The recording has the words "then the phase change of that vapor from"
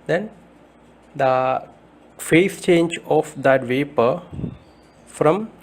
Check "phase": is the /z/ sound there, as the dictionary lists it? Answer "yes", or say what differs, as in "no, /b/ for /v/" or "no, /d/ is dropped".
no, /s/ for /z/